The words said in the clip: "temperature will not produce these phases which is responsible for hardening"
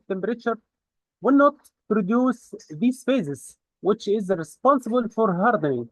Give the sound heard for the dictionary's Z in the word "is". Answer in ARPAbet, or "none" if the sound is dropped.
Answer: Z